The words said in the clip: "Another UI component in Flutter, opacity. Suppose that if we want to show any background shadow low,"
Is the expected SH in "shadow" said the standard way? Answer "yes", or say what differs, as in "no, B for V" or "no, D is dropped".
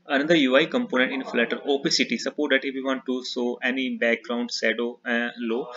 no, S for SH